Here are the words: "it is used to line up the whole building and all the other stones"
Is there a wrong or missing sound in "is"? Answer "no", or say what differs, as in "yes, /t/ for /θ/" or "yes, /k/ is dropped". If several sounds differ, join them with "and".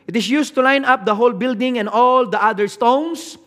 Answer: yes, /s/ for /z/